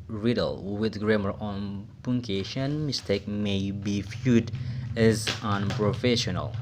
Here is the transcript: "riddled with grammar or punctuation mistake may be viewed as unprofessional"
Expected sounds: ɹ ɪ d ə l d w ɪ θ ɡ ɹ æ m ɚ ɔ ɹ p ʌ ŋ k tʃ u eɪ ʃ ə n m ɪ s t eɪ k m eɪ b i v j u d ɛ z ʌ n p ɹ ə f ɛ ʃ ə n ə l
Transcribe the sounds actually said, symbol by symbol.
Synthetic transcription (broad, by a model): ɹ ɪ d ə l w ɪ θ ɡ ɹ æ m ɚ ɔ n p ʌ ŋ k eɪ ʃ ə n m ɪ s t eɪ k m eɪ b i f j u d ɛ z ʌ n p ɹ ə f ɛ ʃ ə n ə l